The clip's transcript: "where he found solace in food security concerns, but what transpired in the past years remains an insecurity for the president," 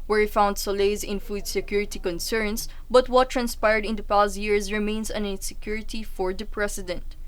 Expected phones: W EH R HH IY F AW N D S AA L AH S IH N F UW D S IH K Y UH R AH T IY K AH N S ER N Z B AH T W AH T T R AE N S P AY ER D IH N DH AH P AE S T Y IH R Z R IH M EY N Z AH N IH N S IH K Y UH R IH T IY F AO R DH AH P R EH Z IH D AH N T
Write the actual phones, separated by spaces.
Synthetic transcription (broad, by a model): W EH R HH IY F AW N D S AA L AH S IH N F UW D S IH K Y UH R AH T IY K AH N S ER N S B AH T W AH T T R AE N S P AY ER D IH N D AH P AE S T Y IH R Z R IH M EY N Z AH N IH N S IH K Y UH R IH T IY F AO R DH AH P R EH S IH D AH N T